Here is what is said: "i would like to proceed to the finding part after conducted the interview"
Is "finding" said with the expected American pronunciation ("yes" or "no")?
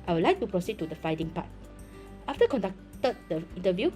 no